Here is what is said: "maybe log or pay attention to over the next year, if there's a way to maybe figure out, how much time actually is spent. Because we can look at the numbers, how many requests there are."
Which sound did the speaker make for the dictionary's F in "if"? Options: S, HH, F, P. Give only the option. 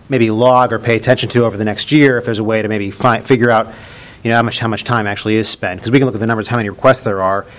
F